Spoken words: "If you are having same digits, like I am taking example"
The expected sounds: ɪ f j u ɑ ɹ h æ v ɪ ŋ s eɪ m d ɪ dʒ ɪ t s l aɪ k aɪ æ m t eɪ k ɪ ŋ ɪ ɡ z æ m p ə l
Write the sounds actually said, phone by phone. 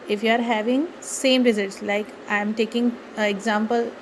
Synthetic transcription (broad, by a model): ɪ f j u ɑ ɹ h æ v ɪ ŋ s eɪ m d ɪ z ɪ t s l aɪ k aɪ m t eɪ k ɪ ŋ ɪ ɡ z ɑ m p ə l